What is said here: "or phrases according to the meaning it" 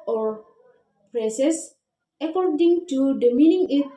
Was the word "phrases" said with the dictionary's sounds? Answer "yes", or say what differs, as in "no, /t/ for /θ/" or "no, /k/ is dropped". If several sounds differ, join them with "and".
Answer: no, /p/ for /f/ and /s/ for /z/ and /s/ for /z/